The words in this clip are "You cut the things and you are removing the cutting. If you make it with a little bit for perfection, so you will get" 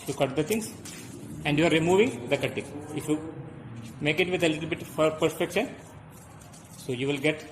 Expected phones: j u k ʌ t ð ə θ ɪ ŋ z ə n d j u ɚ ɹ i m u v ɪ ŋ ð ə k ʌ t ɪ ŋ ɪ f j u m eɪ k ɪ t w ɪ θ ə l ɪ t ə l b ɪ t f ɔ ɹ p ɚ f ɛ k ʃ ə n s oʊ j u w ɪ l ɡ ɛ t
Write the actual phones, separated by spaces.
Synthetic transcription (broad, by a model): j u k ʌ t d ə t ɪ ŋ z ə n d j u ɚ ɹ i m u v ɪ ŋ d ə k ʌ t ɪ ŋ ɪ f j u m eɪ k ɪ t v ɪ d ə l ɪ t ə l b ɪ t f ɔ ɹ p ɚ p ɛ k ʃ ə n s oʊ j u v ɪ l ɡ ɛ t